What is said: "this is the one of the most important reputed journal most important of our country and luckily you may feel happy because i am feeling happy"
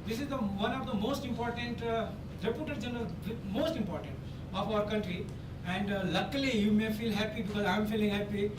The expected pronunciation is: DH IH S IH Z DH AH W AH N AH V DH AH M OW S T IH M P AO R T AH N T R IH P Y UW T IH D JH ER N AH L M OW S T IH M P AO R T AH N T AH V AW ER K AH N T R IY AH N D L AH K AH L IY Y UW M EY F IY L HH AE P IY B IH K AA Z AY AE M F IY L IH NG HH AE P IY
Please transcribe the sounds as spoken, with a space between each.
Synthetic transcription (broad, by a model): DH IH S IH Z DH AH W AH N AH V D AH M OW S T IH M P AO R T AH N T R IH P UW T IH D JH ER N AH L M OW S T IH M P AO R T AH N T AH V AW ER K AH N T R IY AH N D L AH K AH L IY Y UW M EY F IY L HH AE P IY B IH K AA Z AY M F IY L IH NG HH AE P IY